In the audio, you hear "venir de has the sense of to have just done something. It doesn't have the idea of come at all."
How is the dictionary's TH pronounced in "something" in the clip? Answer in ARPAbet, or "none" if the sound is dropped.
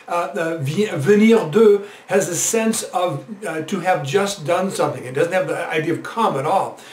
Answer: TH